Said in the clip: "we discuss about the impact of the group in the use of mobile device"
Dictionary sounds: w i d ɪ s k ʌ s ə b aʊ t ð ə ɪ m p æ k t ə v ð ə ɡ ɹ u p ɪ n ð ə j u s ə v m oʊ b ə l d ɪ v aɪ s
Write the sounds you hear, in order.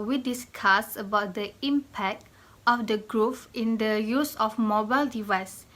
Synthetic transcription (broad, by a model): w i d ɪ s k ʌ s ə b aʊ t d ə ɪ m p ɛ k t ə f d ə ɡ ɹ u f ɪ n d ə j u s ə f m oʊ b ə l d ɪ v aɪ s